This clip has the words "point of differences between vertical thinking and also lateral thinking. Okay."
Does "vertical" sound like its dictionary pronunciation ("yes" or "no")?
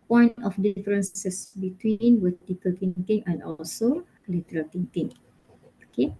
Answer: no